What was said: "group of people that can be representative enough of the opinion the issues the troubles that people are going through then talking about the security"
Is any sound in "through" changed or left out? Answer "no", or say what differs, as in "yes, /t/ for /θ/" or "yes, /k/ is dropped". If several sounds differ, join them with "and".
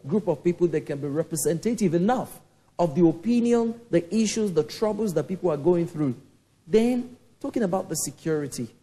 no